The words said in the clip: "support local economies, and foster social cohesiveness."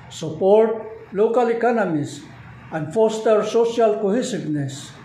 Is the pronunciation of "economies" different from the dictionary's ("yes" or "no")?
yes